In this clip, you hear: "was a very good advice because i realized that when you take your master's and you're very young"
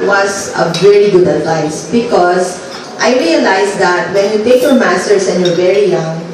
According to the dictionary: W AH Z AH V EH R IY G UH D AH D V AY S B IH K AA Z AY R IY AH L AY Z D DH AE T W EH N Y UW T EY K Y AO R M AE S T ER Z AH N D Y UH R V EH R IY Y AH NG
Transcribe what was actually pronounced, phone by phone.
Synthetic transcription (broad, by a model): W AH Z AH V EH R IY G UH D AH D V AY S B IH K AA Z AY R IY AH L AY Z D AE T W EH N Y UW T EY K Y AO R M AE S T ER S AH N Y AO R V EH R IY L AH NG